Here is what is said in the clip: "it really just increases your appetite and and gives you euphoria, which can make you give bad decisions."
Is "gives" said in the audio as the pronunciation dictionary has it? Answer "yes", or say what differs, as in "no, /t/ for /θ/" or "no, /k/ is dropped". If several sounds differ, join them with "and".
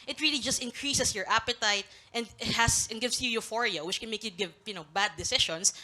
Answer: no, /s/ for /z/